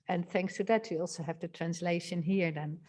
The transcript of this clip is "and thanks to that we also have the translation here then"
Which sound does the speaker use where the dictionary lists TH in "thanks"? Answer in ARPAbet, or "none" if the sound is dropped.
TH